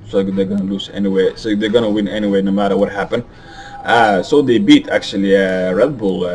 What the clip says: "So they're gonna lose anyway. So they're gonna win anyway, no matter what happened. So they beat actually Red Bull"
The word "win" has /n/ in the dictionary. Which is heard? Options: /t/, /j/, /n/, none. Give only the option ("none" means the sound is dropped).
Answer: /n/